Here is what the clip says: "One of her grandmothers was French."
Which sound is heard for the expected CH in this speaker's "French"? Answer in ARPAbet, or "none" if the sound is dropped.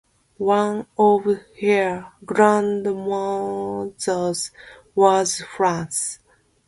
S